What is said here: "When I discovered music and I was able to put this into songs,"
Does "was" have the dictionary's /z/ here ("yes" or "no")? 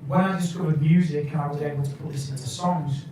yes